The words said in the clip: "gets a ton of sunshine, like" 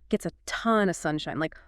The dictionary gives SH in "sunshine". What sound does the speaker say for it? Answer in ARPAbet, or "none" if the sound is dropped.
SH